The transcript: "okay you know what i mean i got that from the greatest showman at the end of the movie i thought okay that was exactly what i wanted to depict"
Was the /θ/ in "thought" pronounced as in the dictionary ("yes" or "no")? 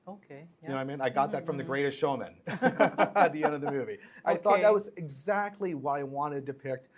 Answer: yes